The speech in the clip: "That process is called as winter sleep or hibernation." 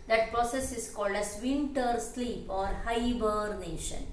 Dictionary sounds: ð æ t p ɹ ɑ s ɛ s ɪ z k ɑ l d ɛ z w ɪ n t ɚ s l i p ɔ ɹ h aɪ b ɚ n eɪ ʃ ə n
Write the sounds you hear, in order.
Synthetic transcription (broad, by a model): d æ t p ɹ ɑ s ɛ s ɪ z k ɑ l d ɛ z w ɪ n t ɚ s l i p ɔ ɹ h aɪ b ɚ n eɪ ʃ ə n